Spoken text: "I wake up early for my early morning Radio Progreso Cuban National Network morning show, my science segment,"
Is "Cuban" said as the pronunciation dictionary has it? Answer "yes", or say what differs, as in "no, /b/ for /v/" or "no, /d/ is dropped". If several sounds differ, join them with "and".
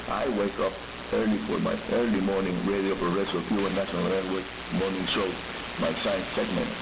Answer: no, /b/ is dropped